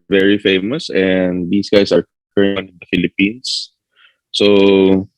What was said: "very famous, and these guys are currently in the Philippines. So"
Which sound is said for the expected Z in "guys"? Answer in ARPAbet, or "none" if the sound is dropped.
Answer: S